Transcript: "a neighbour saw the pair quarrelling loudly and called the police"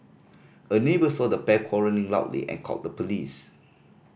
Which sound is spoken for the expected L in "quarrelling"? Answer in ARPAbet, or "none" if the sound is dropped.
N